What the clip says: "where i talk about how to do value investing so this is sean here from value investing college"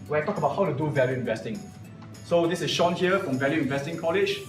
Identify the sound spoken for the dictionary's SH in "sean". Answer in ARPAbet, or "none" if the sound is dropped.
SH